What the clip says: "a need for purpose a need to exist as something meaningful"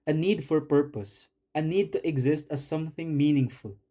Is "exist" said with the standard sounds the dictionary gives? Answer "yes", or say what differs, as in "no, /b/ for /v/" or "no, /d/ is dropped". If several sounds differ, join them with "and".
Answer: yes